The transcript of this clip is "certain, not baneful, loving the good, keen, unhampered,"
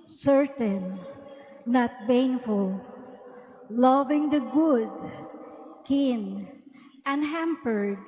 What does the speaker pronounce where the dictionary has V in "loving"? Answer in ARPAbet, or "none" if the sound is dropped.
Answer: V